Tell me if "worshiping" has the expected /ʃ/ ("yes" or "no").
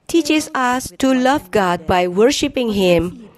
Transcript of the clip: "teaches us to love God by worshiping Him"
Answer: yes